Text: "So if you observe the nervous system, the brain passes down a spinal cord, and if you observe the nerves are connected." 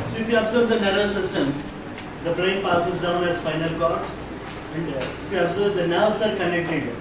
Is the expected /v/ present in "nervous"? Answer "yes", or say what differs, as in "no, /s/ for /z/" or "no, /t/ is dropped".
no, /v/ is dropped